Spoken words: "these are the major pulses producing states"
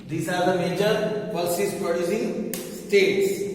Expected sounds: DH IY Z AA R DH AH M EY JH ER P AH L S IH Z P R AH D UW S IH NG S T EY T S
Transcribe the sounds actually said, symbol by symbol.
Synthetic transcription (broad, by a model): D IY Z AA R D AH M EY JH ER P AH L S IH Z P AH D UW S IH S T EY T S